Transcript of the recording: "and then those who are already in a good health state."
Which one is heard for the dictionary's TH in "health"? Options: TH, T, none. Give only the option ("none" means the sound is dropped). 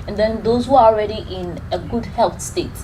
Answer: T